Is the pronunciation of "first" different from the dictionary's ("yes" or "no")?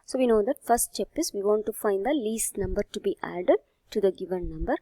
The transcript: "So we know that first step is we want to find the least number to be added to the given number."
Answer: yes